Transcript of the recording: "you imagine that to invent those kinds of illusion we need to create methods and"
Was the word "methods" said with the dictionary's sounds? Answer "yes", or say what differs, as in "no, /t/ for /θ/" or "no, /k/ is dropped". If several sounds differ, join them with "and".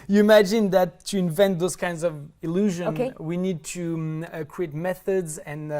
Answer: yes